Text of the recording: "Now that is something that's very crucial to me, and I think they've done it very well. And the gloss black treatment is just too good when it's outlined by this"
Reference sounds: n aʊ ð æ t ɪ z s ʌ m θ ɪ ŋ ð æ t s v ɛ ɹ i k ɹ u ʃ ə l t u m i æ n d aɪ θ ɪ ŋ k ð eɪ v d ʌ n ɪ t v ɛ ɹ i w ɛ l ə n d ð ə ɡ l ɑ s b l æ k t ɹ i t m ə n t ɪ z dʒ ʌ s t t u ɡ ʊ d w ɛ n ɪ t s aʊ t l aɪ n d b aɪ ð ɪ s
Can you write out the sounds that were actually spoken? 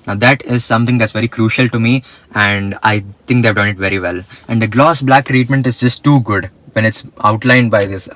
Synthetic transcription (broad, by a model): n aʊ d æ t ɪ z s ʌ m t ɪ ŋ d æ t s v ɛ ɹ i k ɹ u ʃ ə l t u m i æ n d aɪ t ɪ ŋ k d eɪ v d ʌ n ɪ t v ɛ ɹ i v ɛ l ə n d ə ɡ l ɑ s b l æ k t ɹ i t m ə n t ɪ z dʒ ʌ s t t u ɡ ʊ d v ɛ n ɪ t s aʊ t l aɪ n d b aɪ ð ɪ s